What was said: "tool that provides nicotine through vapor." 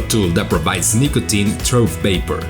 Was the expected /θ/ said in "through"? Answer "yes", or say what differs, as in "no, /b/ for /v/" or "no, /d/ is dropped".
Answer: no, /t/ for /θ/